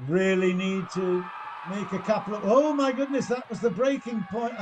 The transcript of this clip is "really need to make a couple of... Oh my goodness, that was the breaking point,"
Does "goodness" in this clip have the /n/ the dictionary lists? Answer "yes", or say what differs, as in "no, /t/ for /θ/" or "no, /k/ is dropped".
yes